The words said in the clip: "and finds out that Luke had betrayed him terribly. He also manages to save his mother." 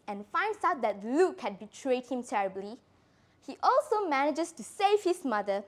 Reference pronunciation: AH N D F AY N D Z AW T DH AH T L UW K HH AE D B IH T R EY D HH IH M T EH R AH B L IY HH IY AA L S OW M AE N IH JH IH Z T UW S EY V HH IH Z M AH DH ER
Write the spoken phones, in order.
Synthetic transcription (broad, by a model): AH N F AY N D S AW T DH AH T L UW K HH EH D B IH T R EY D HH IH M T EH R AH B L IY HH IY AA L S OW M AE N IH JH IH S T UW S EY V HH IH S M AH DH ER